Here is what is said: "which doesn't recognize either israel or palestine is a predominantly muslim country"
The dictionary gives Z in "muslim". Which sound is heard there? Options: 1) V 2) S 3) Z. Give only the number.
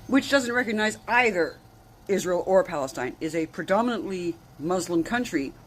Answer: 3